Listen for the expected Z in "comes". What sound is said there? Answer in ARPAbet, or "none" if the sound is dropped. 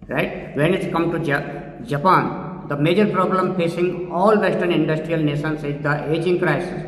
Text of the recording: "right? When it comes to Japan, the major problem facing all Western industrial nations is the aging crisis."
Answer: none